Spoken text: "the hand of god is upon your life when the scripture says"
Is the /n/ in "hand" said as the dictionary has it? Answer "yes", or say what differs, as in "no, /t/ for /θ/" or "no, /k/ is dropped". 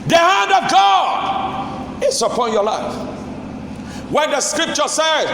yes